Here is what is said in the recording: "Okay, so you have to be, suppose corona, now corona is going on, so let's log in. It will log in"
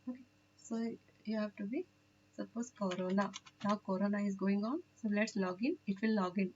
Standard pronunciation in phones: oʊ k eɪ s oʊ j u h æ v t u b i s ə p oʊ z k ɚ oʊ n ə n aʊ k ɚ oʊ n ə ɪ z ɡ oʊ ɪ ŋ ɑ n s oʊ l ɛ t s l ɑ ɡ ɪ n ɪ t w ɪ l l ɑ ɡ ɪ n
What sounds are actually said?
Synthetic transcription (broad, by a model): oʊ k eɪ s oʊ j u h æ v t u b i s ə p oʊ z k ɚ oʊ n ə n aʊ k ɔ oʊ n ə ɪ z ɡ oʊ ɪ ŋ ɑ n s oʊ l ɛ t s l ɑ ɡ ɪ n ɪ t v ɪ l l ɑ ɡ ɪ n